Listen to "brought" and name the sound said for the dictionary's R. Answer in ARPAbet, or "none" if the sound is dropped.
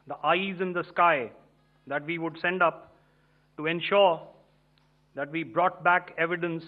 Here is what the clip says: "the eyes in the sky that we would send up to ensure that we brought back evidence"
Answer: R